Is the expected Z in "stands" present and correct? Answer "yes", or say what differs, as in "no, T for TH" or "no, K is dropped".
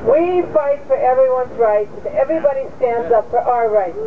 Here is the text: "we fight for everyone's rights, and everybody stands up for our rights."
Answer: yes